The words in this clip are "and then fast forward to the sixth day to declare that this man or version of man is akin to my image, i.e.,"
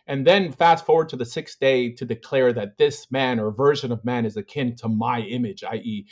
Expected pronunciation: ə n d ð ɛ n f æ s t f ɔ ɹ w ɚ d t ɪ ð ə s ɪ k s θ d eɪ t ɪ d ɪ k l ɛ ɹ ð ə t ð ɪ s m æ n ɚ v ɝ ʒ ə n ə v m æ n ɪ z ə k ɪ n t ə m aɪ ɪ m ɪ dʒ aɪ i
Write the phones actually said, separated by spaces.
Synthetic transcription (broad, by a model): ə n ð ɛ n f æ s t f ɔ ɹ w ɚ d t ɪ ð ə s ɪ k s d eɪ t ɪ d ɪ k l ɛ ɹ ð ə t ð ɪ s m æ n ɚ v ɝ ʒ ə n ə v m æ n ɪ z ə k ɪ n t ə m aɪ ɪ m ɪ dʒ aɪ i